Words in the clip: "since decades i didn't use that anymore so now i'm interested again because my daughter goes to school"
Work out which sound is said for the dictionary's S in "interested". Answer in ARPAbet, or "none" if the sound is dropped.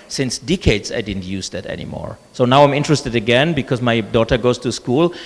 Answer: S